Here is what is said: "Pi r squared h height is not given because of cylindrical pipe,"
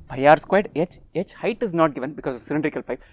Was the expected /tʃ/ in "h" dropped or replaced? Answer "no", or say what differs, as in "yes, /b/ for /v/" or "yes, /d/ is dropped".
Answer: no